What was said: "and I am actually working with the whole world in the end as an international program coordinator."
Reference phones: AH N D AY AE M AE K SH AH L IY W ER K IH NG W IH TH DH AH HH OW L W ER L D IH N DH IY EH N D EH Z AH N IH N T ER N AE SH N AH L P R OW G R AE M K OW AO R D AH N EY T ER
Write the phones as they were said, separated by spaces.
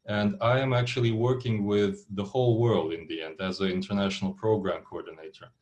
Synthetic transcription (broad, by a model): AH N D AY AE M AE K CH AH L IY W ER K IH NG W IH DH AH HH OW L W ER L D IH N DH IY EH N D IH Z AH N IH N T ER N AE SH N L P R OW G R AE M K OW AO R D N EY T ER